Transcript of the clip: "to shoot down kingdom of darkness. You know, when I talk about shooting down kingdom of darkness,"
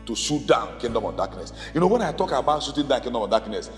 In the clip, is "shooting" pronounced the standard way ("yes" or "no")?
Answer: no